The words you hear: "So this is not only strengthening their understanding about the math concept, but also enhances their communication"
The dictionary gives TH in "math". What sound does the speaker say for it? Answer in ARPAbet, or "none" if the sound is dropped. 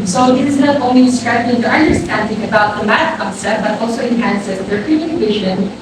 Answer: T